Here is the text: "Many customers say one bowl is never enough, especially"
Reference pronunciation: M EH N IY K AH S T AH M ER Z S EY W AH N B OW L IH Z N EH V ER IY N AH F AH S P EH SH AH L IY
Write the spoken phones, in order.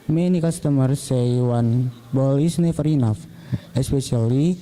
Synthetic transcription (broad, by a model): M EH N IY K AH S T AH M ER S EY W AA N B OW L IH S N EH F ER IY N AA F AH S P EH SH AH L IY